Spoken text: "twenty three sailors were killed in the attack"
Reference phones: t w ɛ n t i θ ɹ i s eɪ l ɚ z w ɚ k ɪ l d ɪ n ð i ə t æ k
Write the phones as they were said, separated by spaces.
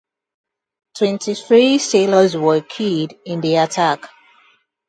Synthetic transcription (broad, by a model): t w ɛ n t i θ ɹ i s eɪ l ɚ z w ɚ k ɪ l d ɪ n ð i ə t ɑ k